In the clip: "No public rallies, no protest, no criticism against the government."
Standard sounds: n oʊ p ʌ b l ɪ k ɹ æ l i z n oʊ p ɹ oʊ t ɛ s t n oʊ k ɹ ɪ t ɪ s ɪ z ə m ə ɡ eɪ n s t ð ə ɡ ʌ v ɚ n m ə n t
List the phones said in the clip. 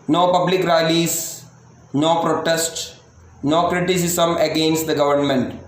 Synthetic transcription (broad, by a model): n oʊ p ʌ b l ɪ k ɹ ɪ l i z n oʊ p ɹ oʊ t ɛ s t n oʊ k ɹ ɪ t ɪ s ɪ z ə m ə ɡ eɪ n s t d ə ɡ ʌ v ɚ n m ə n t